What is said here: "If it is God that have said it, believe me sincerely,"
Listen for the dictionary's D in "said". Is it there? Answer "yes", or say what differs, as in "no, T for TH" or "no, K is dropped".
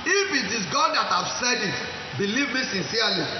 yes